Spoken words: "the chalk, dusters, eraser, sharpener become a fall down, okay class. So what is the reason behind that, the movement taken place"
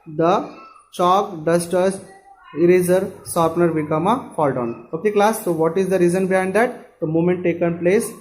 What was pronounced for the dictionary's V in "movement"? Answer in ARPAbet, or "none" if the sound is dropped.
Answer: none